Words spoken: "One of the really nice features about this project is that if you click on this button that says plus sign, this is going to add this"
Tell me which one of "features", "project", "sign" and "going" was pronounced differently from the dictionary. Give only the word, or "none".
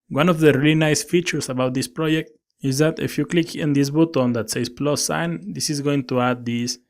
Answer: features